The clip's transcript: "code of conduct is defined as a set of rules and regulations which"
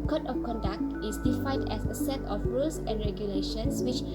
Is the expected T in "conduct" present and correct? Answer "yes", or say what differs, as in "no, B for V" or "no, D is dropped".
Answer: yes